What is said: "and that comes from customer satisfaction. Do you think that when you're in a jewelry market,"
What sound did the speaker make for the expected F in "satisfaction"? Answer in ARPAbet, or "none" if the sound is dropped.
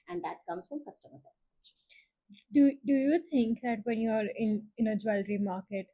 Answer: none